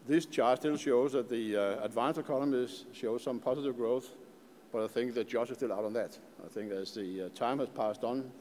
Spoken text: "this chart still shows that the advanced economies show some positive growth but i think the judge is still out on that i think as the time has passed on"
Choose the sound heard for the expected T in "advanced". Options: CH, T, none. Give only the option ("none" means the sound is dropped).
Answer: none